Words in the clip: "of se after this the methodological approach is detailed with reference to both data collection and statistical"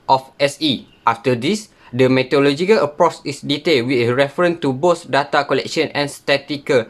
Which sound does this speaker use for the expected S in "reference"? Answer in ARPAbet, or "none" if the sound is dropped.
none